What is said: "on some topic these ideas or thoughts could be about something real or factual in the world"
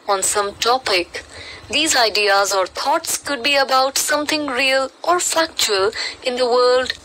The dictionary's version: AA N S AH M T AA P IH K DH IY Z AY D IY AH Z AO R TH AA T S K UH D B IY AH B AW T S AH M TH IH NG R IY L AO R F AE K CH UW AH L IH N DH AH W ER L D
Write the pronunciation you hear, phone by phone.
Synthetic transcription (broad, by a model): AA N S AH M T AA P IH K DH IY Z AY D IY AH Z AO R T AA T S K UH D B IY AH B AW T S AH M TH IH NG R IY L AO R F AE K CH UW AH L IH N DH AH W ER L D